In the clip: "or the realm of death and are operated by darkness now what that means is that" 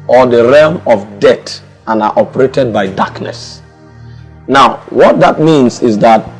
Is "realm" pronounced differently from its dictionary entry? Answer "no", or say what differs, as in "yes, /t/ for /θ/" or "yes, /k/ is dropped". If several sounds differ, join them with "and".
no